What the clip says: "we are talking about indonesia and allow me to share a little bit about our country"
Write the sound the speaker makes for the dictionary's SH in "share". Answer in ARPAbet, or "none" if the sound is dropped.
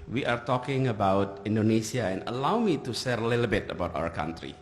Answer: S